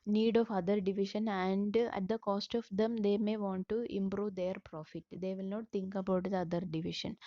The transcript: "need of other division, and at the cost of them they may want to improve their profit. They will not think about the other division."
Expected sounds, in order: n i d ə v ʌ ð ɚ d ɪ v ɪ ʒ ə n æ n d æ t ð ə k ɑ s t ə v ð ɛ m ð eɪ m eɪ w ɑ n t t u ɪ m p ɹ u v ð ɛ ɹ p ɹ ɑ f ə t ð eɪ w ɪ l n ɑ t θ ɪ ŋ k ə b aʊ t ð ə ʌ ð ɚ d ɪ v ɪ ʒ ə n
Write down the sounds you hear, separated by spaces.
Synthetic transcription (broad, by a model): n i d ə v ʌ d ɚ d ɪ v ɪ ʃ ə n æ n d æ t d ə k ɑ s t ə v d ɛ m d eɪ m eɪ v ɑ n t t u ɪ m p ɹ u v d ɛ ɹ p ɹ ɑ f ə t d eɪ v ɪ l n ɑ t t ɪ ŋ k ə b aʊ t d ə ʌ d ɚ d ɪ v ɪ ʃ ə n